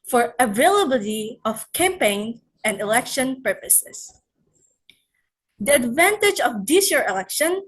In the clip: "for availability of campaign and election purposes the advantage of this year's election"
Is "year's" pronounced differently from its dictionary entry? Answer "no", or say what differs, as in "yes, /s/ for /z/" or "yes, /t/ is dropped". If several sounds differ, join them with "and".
yes, /z/ is dropped